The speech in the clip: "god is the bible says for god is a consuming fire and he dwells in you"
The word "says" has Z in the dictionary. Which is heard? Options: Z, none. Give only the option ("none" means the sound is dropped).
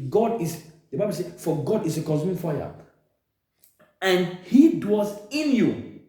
none